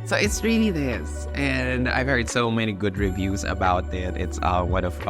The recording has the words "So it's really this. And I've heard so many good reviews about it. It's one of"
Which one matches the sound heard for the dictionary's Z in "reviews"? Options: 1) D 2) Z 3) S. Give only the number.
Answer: 2